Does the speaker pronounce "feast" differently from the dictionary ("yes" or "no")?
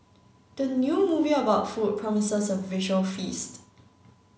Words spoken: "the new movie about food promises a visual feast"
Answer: no